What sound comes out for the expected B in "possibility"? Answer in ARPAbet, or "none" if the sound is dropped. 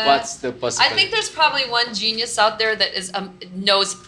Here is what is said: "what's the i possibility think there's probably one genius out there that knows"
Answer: none